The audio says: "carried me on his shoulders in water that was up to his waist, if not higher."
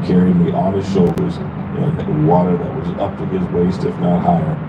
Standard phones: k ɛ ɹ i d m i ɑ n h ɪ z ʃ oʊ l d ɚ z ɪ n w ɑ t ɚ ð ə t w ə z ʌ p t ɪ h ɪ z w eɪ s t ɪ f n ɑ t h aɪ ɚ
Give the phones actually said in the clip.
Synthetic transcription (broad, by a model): k ɛ ɹ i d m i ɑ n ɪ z ʃ oʊ l d ɚ z ɪ n w ɑ t ɚ ð ə t w ə z ʌ p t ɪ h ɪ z w eɪ s t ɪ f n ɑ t h aɪ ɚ